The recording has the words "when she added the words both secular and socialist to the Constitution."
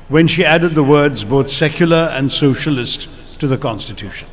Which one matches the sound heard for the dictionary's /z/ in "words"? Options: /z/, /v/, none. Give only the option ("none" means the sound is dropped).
/z/